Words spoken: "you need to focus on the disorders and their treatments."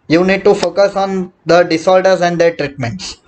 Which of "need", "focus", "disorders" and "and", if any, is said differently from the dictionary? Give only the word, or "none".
disorders